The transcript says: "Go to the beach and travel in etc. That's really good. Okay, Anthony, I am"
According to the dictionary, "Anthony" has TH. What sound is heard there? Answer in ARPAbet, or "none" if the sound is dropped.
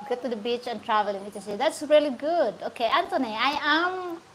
T